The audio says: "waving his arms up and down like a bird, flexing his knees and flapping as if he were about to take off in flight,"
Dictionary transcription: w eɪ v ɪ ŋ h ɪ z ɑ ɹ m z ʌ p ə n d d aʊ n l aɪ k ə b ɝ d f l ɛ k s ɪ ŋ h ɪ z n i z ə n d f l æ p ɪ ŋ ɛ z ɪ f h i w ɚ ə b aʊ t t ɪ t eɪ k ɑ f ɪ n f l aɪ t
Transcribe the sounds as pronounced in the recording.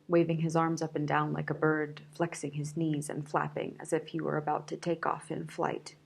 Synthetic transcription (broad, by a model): w eɪ v ɪ ŋ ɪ z ɑ ɹ m z ʌ p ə n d d aʊ n l aɪ k ə b ɝ d f l ɛ k s ɪ ŋ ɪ z n i z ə n f l æ p ɪ ŋ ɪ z ɪ f h i w ɚ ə b aʊ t t ɪ t eɪ k ɑ f ɪ n f l aɪ t